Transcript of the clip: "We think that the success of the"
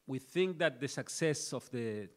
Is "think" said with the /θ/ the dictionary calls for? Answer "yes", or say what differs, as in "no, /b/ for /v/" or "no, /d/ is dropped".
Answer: yes